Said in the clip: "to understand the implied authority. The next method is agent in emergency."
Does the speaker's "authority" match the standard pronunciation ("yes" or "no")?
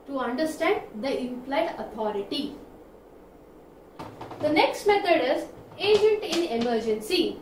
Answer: no